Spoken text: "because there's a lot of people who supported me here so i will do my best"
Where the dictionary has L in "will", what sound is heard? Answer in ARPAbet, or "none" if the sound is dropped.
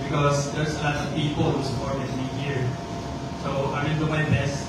N